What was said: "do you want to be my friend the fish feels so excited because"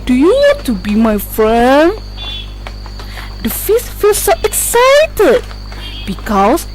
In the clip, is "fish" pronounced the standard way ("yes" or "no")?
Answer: no